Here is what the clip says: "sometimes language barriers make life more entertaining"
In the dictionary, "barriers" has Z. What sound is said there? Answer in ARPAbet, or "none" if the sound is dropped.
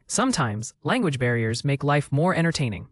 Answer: Z